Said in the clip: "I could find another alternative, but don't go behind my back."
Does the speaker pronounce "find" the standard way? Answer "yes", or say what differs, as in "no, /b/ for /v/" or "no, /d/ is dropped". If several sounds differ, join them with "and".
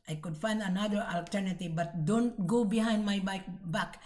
yes